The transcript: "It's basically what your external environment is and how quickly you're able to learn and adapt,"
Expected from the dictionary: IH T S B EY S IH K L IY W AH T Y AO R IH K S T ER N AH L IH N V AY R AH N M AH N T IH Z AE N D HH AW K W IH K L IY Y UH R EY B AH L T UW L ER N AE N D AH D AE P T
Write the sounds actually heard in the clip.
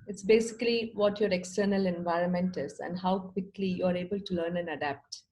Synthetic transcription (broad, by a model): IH T S B EY S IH K L IY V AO T Y AO R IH K S T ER N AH L IH N V AY R AH N M AH N T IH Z AE N D HH AW K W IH K L IY Y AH R EY B AH L T UW L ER N AE N D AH D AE P T